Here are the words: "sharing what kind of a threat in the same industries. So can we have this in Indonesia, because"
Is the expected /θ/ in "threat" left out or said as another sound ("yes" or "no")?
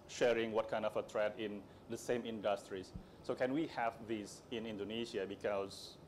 yes